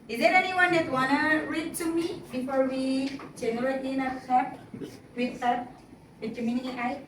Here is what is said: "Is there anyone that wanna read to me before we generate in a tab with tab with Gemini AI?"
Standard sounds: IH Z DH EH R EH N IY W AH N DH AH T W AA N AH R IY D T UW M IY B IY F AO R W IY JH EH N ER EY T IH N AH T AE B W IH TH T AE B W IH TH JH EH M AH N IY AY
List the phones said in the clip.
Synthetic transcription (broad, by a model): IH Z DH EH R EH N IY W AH N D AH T W AA N AH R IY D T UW M IY B IY F AO R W IY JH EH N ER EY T IH N AH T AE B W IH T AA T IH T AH M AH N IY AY